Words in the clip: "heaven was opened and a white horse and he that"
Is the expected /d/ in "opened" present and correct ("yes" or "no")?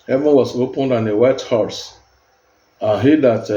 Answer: yes